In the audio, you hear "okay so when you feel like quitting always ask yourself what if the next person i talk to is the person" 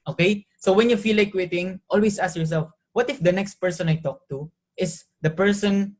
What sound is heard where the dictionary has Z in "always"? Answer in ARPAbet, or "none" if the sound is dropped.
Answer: S